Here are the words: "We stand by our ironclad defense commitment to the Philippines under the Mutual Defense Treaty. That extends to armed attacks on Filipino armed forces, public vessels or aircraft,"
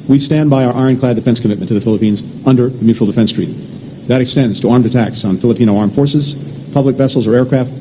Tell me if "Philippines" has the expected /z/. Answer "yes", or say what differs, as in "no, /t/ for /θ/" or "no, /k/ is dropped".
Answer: yes